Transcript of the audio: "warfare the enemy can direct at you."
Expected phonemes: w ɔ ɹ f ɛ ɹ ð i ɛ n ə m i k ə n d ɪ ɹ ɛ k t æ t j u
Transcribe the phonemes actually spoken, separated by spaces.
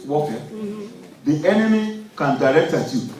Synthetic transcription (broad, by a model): w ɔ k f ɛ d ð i ɛ n ə m i k ə n d ɪ ɹ ɛ k t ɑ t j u